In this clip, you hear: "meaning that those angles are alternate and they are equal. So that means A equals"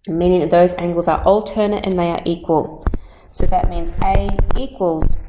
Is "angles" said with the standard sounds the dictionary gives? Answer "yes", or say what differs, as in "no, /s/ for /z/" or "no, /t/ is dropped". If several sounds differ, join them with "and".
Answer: yes